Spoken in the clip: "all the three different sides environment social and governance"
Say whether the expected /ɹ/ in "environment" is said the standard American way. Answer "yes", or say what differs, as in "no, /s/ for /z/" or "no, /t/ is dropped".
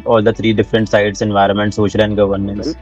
yes